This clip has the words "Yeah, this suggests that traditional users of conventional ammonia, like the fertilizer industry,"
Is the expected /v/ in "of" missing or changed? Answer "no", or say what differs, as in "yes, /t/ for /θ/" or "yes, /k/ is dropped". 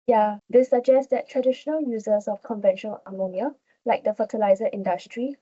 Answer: yes, /f/ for /v/